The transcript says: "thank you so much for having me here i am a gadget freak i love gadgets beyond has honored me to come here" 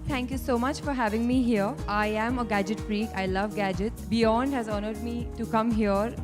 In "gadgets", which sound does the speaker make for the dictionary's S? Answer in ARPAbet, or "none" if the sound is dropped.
none